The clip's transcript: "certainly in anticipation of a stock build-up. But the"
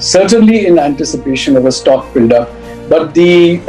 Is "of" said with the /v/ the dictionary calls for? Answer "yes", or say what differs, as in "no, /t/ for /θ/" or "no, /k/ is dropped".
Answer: yes